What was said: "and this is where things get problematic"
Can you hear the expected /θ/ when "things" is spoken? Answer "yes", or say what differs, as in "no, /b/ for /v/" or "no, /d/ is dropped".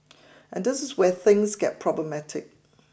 yes